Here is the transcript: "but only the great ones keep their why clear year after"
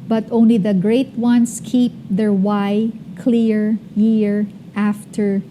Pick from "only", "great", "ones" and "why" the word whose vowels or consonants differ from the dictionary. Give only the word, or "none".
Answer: ones